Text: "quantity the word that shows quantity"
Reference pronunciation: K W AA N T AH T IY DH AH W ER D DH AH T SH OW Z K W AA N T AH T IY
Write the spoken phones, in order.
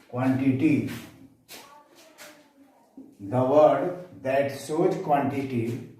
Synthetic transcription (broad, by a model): K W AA N T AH T IY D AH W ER D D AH T S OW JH K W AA N T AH T IY